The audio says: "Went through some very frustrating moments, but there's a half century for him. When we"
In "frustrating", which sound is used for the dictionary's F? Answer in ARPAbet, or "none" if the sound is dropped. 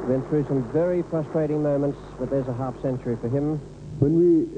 P